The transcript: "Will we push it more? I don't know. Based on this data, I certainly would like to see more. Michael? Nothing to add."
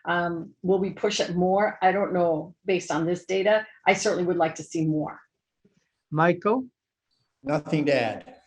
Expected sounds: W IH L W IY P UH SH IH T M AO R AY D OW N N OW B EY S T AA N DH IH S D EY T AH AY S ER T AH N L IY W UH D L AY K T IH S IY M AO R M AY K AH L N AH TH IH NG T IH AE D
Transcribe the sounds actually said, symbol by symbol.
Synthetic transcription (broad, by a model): W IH L W IY P UH SH IH T M AO R AY D OW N N OW B EY S T N DH IH S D EY T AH AY S ER T N L IY W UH D L AY K T IH S IY M AO R M AY K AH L N AH TH IH NG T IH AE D